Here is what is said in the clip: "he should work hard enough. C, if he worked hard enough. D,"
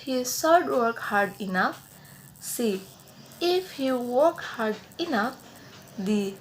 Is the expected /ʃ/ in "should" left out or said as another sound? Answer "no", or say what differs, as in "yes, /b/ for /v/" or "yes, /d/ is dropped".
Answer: yes, /s/ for /ʃ/